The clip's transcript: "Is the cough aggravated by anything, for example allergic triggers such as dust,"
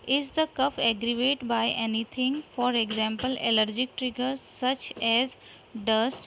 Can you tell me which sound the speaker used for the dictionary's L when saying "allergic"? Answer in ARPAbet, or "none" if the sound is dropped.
L